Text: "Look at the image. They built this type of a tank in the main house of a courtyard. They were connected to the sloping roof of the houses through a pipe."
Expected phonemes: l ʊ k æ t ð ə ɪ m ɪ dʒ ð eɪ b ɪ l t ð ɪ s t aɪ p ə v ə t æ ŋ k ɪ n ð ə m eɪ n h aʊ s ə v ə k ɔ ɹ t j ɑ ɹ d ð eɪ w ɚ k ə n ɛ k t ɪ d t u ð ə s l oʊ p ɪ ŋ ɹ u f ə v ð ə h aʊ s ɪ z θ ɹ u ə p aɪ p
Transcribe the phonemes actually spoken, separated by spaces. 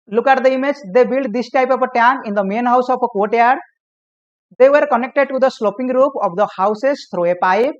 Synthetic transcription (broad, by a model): l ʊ k æ t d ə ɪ m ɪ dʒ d eɪ b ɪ l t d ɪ s t aɪ p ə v ə t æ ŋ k ɪ n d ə m eɪ n h aʊ s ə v ə k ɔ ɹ t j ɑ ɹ d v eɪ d k ə n ɛ k t ɪ d t u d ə s l oʊ p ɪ ŋ ɹ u p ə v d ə h aʊ s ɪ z t ɹ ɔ ə p aɪ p